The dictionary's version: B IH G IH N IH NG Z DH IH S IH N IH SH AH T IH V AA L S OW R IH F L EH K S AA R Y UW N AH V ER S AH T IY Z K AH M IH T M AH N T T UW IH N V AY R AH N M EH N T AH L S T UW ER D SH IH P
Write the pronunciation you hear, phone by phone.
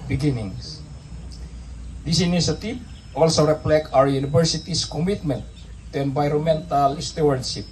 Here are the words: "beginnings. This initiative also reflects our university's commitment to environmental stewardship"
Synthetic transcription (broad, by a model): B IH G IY N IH NG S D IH S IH N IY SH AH T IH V AA L S OW R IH P L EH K AA W Y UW N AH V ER S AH T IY S K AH M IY T M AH N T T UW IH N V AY R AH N M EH N T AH L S T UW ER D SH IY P